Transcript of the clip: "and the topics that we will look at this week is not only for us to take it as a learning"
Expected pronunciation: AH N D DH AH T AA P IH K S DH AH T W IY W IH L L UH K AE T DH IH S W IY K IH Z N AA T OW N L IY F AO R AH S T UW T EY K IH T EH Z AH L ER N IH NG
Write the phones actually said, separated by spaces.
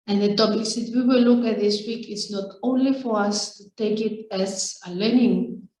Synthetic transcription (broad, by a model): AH N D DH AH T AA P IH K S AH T W IY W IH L L UH K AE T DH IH S W IY K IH S N AA T OW N L IY F AO R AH S T UW T EY K IH T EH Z AH L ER N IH NG